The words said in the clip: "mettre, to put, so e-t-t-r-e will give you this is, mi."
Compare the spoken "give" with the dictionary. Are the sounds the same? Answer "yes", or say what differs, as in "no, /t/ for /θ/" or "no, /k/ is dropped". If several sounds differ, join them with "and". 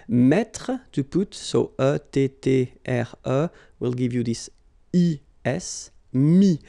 yes